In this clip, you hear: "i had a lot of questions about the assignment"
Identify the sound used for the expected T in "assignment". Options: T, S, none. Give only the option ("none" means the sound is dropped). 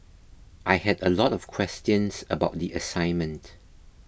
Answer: T